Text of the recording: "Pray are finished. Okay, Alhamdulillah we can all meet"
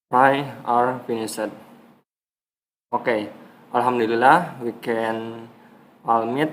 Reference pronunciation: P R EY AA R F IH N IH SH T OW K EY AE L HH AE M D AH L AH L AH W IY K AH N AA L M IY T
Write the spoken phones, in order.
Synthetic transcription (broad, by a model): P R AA AA R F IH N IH S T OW K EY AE L HH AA M D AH L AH L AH W IY K AH N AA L M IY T